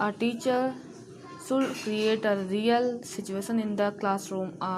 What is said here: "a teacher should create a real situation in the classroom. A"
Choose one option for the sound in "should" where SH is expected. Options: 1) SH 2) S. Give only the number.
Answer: 2